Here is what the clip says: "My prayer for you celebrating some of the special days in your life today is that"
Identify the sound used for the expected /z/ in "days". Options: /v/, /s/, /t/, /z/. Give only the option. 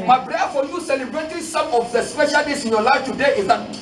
/s/